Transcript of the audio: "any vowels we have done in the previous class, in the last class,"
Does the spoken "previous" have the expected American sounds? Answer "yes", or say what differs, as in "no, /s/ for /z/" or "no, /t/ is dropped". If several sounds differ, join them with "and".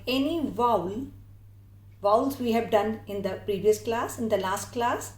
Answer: yes